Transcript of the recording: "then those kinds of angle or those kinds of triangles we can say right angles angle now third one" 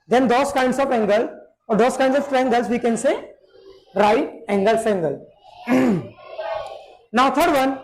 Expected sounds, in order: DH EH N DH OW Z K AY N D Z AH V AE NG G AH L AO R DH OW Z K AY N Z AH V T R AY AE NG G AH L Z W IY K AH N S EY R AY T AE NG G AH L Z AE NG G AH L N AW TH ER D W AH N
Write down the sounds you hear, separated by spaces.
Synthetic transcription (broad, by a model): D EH N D OW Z K AY N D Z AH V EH NG G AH L AO R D OW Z K AY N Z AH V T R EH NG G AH L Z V IY K AH N S EY R AY EH NG G AH L S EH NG G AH L N AW T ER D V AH N